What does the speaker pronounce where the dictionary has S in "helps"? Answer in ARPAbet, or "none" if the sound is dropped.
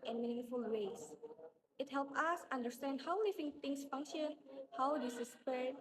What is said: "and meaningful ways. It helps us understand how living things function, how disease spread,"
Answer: none